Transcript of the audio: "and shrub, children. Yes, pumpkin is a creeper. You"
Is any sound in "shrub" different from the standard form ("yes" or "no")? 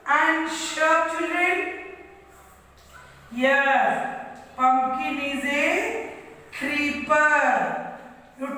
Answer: yes